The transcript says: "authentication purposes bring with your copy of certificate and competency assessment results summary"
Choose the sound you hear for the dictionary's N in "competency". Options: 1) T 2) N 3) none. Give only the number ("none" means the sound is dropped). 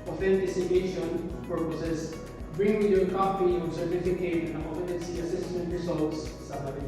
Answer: 3